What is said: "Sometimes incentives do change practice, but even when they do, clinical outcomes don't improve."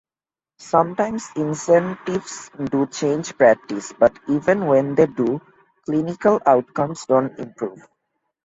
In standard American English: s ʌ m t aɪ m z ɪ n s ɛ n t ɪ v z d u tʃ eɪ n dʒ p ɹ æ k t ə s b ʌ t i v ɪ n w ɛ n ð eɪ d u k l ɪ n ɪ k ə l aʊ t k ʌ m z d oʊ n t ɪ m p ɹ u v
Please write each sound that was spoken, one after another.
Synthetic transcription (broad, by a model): s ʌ m t aɪ m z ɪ n s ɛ n t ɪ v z d u tʃ eɪ n dʒ p ɹ æ k t ə s b ʌ t i v ɪ n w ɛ n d eɪ d u k l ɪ n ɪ k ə l aʊ t k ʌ m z d oʊ n t ɪ m p ɹ u v